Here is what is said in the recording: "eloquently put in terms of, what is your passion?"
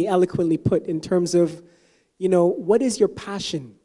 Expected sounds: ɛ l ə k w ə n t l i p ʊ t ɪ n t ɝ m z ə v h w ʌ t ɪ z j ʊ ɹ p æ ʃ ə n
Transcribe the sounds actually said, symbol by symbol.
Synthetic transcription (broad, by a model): ɛ l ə k w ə n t l i p ʊ t ɪ n t ɝ m z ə v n w ʌ t ɪ z j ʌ ɹ p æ ʃ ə n